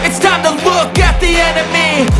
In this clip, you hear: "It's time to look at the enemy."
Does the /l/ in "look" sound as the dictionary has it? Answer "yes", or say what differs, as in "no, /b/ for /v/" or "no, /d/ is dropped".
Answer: no, /w/ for /l/